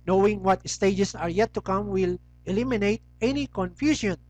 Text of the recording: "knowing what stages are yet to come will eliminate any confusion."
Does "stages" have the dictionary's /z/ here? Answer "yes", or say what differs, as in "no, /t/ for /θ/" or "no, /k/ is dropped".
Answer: no, /s/ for /z/